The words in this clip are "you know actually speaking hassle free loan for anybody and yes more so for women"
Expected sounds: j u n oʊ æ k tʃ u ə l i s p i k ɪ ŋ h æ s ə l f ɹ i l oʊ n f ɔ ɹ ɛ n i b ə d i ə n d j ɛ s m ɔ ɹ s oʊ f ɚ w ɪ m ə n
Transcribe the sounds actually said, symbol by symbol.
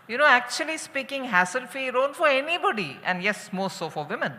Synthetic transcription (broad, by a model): j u n oʊ æ k tʃ u ə l i s p i k ɪ ŋ h æ s ə l f i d oʊ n f ɔ ɹ ɛ n i b ə d i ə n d j ɛ s m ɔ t s oʊ f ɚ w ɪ m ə n